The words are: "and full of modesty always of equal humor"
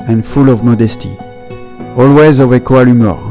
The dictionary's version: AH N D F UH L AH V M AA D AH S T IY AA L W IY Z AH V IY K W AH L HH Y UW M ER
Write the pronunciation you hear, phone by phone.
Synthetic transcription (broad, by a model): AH N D F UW L AH V M AA D AH S T IY AA L W IY Z AH V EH K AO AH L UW M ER